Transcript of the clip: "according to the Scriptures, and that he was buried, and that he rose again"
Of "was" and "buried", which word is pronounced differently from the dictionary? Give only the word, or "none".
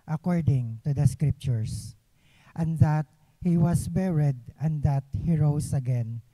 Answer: was